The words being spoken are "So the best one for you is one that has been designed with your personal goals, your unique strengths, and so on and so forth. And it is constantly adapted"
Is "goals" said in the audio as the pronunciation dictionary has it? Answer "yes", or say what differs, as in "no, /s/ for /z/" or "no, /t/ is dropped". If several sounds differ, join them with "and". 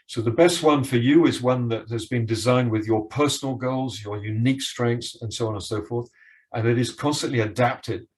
yes